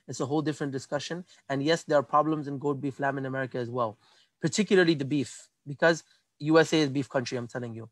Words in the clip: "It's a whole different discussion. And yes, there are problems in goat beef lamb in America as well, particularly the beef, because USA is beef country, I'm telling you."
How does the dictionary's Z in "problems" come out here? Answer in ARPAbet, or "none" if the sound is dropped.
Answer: Z